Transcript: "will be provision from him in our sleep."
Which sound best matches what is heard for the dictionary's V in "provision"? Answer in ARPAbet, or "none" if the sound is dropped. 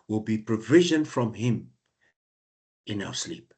V